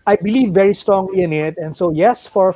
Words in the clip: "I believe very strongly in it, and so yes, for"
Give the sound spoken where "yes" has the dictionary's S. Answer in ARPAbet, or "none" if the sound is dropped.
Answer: S